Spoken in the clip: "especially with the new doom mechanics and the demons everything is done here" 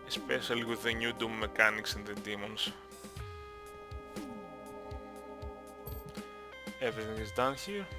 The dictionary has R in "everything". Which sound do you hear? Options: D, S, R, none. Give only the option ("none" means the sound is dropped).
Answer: none